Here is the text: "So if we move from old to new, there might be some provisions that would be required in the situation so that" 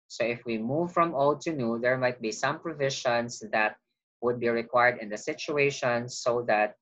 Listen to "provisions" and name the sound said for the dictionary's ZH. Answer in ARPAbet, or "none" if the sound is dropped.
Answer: SH